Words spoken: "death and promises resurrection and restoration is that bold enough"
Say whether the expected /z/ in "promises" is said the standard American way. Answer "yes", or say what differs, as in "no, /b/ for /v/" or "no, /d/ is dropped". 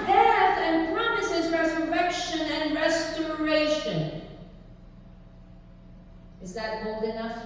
yes